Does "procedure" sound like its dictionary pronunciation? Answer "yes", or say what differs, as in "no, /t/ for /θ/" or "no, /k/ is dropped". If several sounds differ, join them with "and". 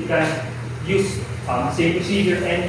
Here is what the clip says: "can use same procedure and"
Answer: no, /ɹ/ is dropped